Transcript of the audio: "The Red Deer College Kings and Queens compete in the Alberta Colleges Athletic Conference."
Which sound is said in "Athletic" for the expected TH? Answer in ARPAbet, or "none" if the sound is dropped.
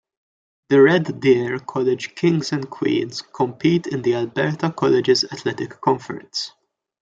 T